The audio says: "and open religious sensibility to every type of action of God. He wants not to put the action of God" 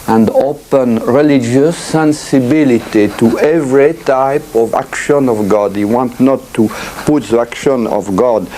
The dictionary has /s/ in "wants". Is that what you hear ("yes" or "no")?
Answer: no